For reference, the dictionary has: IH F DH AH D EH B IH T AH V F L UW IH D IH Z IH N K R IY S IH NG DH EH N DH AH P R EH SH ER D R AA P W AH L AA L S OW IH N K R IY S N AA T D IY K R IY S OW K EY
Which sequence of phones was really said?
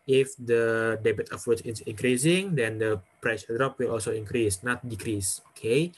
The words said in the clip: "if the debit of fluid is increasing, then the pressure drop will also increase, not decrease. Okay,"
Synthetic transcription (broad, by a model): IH F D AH D EH B IH T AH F UW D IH S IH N K R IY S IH NG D EH N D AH P R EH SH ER D R AA P W AH L AA L S OW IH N K R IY S N AA T D IY K R IY S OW K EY